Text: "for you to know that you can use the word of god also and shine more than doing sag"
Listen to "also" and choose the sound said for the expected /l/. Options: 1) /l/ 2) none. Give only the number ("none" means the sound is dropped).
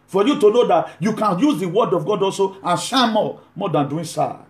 1